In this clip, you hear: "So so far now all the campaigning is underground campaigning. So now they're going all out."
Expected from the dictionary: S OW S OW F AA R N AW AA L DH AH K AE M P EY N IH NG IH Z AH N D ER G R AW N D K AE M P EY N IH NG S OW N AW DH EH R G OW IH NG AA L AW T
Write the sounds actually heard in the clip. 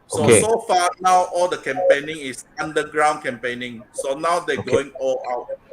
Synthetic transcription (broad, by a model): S OW S OW F AA N AW AA L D AH K AE M P EY N IH NG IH S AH N D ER G R AW N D K AE M P EY N IH NG S OW N AW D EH G OW IH NG AA L AW T